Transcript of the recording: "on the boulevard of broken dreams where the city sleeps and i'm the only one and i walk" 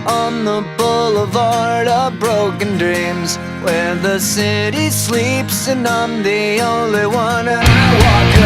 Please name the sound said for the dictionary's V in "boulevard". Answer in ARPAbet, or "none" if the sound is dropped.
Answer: V